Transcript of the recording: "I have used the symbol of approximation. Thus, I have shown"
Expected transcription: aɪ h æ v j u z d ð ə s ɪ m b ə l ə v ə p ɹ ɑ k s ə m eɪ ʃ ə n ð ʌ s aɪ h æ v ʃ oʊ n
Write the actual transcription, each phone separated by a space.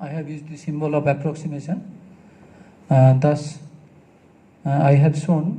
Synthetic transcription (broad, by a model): aɪ h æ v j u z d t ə s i m b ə l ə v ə p ɹ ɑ k s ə m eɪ s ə n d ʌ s aɪ h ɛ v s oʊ n